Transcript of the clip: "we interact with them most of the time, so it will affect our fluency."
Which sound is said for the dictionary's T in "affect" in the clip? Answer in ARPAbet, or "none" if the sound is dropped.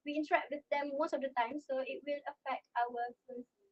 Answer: T